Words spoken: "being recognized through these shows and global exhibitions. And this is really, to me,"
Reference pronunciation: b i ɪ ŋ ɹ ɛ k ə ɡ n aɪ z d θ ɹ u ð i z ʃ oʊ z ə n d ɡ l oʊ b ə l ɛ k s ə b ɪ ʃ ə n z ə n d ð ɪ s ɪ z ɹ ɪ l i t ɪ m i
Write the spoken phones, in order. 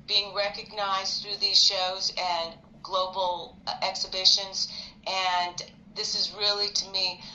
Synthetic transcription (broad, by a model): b i ɪ ŋ ɹ ɛ k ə ɡ n aɪ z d θ ɹ u ð i z ʃ oʊ z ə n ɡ l oʊ b l ɛ k s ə b ɪ ʃ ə n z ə n ð ɪ s ɪ z ɹ ɪ l i t ɪ m i